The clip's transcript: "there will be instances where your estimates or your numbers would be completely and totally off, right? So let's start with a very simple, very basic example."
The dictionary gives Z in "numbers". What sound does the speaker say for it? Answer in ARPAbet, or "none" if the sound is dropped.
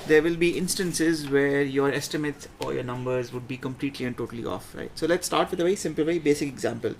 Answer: Z